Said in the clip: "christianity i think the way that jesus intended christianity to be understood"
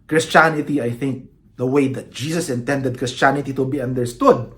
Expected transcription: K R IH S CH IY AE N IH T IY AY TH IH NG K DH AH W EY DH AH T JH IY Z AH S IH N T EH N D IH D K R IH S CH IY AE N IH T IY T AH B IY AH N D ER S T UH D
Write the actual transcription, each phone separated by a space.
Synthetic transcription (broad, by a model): K R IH S CH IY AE N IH T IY AY TH IH NG K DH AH W EY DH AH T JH IY S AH S IH N T EH N D IH D K R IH S CH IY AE N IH T IY T AH B IY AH N D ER S T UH D